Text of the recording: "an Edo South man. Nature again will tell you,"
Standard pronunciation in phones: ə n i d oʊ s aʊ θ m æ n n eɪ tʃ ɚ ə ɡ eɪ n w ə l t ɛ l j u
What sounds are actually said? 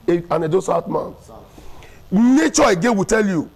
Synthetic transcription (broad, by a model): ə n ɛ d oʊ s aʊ t m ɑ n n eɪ tʃ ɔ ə ɡ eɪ w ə t ɛ l j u